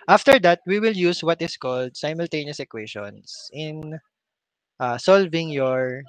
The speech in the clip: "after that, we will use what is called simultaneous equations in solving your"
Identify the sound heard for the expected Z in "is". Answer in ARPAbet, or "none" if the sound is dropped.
S